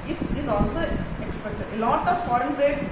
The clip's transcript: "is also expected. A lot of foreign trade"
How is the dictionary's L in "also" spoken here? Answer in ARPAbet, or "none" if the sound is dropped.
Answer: L